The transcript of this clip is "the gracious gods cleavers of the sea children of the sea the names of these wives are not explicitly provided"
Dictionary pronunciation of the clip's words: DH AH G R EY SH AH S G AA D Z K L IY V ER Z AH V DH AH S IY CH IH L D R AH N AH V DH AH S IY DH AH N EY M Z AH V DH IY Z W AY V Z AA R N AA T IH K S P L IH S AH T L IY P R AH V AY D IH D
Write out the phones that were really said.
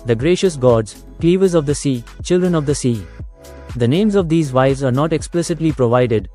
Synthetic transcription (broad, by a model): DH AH G R EY SH AH S G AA D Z K L IY V ER Z AH V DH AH S IY CH IH L D R AH N AH V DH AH S IY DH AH N EY M Z AH V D IY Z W AY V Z AA R N AA T IH K S P L IH S AH T L IY P R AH V AY D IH D